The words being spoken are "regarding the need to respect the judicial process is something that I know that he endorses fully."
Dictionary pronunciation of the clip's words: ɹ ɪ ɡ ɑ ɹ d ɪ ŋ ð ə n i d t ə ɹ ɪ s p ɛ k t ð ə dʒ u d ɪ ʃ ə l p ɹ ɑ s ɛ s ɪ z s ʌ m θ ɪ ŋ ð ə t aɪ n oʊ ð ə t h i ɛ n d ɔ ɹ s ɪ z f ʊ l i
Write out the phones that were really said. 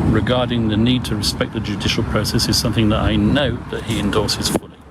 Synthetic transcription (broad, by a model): ɹ ɪ ɡ ɑ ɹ d ɪ ŋ ð ə n i d t ə ɹ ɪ s p ɛ k ð ə dʒ u d ɪ ʃ ə l p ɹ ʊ s ɛ s ɪ z s ʌ m θ ɪ ŋ ð ə t aɪ n oʊ ð ə t h i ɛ n d ɔ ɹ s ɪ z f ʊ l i